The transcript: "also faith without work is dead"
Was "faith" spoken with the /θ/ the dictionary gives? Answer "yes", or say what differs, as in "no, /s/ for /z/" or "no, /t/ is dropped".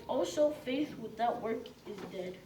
yes